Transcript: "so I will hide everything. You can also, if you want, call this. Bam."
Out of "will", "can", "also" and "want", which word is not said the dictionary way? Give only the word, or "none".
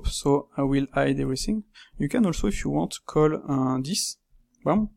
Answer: want